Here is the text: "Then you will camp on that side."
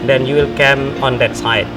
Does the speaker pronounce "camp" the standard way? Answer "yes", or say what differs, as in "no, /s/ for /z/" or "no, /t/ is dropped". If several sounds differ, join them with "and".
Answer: no, /p/ is dropped